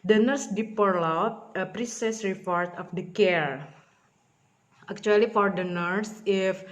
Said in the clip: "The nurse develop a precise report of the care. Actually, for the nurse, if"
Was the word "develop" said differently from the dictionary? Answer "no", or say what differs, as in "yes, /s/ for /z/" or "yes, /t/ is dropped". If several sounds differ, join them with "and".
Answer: yes, /p/ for /v/